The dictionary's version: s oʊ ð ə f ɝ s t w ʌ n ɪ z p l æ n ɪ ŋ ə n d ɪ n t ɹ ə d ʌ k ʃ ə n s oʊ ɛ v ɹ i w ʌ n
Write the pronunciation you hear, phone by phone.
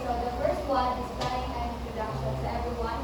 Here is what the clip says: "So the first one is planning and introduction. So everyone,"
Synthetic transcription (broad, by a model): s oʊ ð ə f ɝ s t w ʌ n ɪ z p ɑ ɪ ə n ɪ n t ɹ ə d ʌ k ʃ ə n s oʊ ɛ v ɹ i w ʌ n